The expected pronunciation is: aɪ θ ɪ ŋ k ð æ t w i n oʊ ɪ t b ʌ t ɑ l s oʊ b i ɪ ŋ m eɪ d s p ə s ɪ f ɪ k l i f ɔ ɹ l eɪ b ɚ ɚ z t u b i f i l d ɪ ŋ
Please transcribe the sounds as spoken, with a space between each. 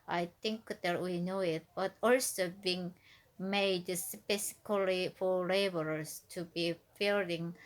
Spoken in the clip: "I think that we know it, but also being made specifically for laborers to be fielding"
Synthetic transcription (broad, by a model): aɪ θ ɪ ŋ k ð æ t w i n oʊ ɪ t b ʌ t ɑ l s oʊ b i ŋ m eɪ d s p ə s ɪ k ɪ l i f ɔ ɹ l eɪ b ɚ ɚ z t u b i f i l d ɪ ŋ